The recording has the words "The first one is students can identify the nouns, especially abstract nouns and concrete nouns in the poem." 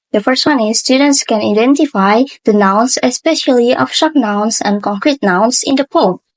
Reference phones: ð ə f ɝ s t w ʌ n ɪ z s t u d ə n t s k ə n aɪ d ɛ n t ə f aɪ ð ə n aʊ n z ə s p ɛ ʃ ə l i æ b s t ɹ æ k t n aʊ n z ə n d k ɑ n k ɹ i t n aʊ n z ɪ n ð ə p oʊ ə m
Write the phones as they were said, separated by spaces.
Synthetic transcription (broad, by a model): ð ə f ɝ s t w ʌ n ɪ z s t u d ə n t s k ə n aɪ d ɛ n t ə f aɪ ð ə n aʊ n s ə s p ɛ ʃ ə l i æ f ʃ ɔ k n aʊ n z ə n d k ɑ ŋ k ɹ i t n aʊ n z ɪ n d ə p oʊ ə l